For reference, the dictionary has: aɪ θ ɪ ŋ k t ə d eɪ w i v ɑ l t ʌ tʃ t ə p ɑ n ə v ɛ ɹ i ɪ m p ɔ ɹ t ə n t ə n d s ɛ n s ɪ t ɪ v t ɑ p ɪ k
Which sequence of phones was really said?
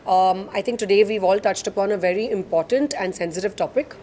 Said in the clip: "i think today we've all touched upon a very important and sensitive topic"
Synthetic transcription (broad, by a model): aɪ t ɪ ŋ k t ə d eɪ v i v ɑ l t ʌ tʃ t ə p ɑ n ə v ɛ ɹ i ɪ m p ɔ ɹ t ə n t ə n d s ɛ n s ɪ t ɪ v t ɑ p ɪ k